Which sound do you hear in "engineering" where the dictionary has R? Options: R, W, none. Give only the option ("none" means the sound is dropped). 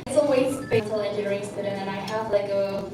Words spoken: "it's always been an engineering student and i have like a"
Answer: none